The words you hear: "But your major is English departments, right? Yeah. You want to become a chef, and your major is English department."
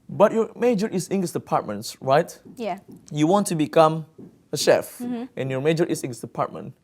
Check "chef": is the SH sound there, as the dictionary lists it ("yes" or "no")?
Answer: yes